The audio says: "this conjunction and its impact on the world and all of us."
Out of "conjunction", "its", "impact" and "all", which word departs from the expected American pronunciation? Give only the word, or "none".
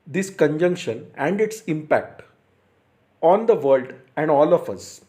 none